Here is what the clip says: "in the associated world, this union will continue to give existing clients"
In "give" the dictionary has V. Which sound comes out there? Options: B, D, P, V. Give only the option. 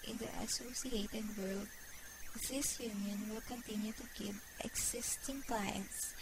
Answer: B